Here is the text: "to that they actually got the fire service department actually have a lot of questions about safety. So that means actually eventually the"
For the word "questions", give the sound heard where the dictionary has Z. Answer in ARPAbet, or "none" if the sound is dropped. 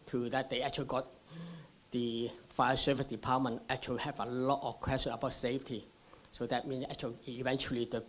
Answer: none